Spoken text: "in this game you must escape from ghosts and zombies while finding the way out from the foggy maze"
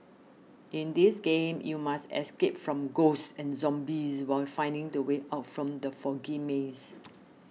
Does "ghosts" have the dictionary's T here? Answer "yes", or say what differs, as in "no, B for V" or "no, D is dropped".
no, S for T